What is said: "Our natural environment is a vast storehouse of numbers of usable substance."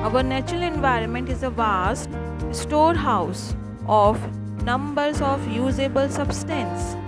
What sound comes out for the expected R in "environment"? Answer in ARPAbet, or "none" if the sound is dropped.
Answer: R